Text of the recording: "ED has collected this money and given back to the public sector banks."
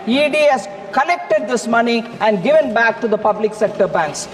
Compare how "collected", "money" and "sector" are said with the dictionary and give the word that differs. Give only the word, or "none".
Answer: collected